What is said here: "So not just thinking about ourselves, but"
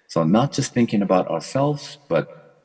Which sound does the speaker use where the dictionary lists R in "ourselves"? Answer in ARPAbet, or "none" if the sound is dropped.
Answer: R